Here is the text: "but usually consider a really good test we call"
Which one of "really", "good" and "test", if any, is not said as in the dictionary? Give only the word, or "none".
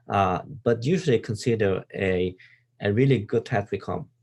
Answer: test